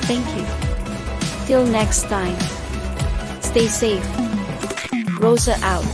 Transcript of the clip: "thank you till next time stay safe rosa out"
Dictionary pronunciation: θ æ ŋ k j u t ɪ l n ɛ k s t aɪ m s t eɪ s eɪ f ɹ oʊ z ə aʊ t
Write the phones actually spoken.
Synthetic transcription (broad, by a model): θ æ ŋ k j u t ɪ l n ɛ k s t aɪ m s t eɪ s eɪ f ɹ oʊ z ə aʊ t